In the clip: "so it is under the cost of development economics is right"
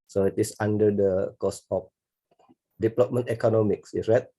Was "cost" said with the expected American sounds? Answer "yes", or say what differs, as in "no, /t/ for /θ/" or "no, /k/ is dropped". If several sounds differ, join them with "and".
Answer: no, /t/ is dropped